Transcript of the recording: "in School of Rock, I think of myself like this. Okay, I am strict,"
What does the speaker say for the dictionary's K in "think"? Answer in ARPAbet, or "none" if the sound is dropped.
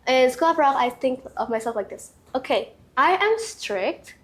K